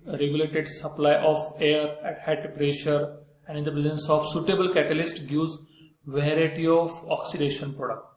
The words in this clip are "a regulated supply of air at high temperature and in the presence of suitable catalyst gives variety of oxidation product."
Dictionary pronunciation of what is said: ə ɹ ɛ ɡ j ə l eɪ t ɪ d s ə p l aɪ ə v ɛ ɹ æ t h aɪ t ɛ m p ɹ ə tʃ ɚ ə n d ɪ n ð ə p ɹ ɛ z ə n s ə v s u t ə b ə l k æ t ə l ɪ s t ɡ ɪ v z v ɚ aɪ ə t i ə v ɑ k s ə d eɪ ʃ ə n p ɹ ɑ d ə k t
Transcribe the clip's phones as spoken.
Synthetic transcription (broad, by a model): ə ɹ ɛ ɡ j ə l eɪ t ɪ d s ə p l aɪ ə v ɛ ɹ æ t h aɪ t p ɹ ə ʃ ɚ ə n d ɪ n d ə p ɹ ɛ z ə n s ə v s u t ə b ə l k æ t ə l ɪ s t ɡ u z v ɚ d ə t i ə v ɑ k s ə d eɪ ʃ ə n p ɹ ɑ d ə k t